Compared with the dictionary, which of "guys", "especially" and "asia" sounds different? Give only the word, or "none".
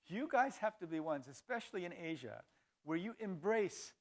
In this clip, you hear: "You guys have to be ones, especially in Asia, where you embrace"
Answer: none